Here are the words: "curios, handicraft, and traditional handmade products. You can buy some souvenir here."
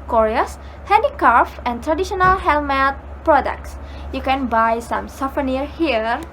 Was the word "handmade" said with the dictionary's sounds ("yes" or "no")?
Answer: no